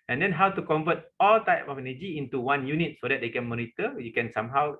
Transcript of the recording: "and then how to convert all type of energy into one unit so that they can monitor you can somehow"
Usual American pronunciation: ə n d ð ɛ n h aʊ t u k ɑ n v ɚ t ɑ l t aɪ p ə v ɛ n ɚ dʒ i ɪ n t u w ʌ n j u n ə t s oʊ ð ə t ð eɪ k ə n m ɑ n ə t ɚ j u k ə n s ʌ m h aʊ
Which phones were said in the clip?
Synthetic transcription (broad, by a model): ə n d ɛ n h aʊ t u k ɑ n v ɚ t ɑ l t aɪ p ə f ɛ n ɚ dʒ i ɪ n t u w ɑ n j u n ə t s oʊ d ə t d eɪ k ə n m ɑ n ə t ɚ j u k ə n s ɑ m h aʊ